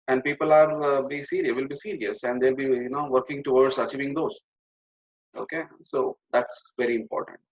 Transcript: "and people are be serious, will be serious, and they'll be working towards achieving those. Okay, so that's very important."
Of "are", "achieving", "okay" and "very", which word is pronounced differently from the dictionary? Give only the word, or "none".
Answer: none